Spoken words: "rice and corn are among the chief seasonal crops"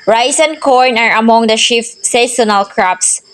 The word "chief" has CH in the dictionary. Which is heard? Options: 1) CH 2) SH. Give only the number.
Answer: 2